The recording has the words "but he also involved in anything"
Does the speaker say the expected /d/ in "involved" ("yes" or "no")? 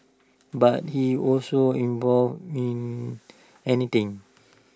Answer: no